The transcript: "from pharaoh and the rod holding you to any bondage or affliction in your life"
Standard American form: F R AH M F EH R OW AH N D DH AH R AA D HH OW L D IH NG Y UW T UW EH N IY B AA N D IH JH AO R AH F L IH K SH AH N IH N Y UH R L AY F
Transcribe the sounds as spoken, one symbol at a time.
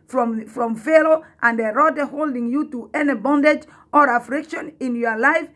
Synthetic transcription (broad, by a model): F R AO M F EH L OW AH N D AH R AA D HH OW L D IH NG Y UW T UW EH N IY B AA N D IH JH AO R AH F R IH K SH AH N IH N Y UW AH L AY F